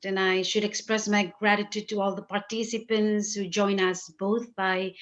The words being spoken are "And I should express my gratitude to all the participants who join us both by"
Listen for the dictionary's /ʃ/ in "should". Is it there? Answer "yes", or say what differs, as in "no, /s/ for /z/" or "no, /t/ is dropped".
yes